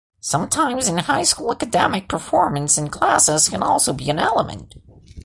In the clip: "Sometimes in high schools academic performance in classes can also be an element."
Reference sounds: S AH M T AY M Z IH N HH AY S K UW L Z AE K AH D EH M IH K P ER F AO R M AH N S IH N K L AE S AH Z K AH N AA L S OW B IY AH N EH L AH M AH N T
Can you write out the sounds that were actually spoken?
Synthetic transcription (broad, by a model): S AH M T AY M Z IH N HH AY S K UW L AE K AH D EH M IH K P ER F AO R M AH N S IH N K L AE S AH Z K AH N AA L S OW B IY AH N EH L AH M AH N T